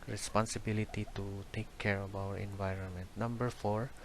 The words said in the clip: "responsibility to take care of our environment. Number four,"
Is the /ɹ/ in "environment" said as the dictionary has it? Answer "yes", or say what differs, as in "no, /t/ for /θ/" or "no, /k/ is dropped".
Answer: yes